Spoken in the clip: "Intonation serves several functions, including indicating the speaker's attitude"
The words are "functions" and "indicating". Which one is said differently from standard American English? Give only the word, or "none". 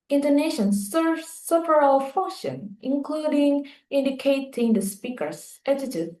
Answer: functions